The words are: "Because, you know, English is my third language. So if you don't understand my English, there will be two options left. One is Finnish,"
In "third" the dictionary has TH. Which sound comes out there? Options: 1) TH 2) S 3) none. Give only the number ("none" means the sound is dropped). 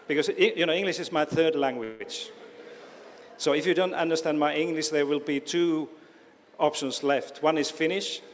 1